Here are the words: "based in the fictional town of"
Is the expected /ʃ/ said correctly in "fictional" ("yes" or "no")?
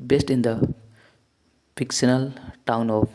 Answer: no